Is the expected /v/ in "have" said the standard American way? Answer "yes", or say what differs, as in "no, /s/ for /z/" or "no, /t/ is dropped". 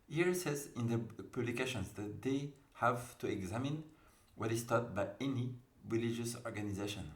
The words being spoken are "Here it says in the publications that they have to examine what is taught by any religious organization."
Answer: yes